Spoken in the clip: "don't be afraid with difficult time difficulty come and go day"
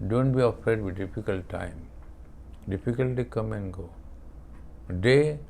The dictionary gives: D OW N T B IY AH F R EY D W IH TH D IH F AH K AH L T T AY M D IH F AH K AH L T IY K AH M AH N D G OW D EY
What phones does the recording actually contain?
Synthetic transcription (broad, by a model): D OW N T B IY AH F EY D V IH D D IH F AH K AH L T T AY M D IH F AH K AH L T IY K AH M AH N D G OW D EY